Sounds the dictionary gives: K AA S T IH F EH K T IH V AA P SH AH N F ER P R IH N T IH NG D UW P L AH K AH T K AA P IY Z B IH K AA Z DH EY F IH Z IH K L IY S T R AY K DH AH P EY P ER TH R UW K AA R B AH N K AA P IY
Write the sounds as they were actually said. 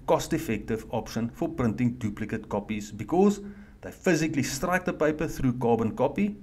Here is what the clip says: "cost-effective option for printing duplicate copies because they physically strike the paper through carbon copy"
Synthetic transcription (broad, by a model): K AA S T IH F EH K T IH V AA P SH AH N F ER P R IH N T IH NG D UW P L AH K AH T K AA P IY Z B IH K AA Z DH EY F IH Z IH K L IY S T R AY K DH AH P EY P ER TH R UW K AA B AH N K AA P IY